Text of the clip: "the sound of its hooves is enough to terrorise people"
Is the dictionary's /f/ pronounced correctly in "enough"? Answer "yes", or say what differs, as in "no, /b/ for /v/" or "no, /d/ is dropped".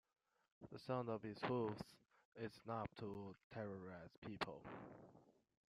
no, /p/ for /f/